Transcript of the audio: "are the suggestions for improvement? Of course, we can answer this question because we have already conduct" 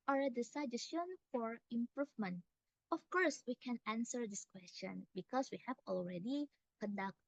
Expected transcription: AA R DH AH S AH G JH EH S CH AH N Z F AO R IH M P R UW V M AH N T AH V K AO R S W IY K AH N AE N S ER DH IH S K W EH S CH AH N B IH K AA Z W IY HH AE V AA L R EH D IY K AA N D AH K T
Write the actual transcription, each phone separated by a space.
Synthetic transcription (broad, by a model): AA R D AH S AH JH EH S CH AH N F AO R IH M P R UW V M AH N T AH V K AO R S W IY K AH N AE N S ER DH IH S K W EH S CH AH N B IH K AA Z W IY HH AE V AA L R EH D IY K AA N D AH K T